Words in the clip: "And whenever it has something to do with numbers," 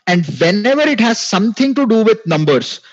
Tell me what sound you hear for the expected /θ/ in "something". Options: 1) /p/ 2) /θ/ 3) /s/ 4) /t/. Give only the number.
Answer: 4